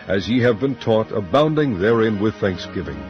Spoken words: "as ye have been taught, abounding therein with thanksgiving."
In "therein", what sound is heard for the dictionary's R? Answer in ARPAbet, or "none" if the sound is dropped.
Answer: R